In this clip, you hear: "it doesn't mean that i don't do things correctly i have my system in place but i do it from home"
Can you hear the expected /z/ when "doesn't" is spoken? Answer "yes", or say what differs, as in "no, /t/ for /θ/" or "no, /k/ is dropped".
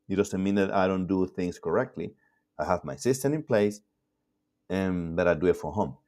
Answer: no, /s/ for /z/